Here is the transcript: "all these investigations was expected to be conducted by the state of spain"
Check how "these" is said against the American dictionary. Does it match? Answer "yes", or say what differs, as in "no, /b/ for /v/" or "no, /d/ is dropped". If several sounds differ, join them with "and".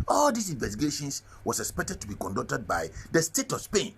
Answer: no, /s/ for /z/